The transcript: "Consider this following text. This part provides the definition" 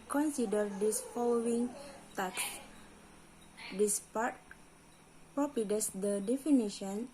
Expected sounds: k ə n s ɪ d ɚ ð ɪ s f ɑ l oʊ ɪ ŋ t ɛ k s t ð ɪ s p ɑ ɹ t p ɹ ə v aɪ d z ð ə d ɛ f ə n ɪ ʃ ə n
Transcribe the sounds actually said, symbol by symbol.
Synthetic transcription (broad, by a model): k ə n s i d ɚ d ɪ s f ɑ l oʊ ɪ ŋ t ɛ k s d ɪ s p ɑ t p ɹ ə p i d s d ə d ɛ f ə n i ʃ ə n